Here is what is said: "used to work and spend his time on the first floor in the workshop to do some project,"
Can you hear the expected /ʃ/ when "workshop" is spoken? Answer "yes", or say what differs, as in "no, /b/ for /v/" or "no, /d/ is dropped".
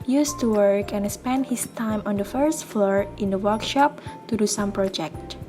yes